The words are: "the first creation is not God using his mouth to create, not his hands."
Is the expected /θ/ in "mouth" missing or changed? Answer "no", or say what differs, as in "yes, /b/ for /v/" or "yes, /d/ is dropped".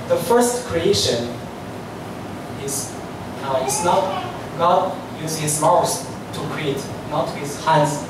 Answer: yes, /s/ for /θ/